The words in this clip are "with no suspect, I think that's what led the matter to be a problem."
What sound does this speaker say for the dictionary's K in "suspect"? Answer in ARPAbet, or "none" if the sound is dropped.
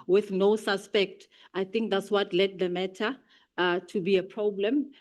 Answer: K